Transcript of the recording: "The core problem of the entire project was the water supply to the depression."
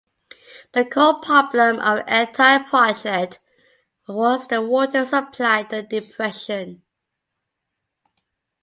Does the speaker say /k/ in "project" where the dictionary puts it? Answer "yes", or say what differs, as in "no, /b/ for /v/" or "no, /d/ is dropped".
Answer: no, /k/ is dropped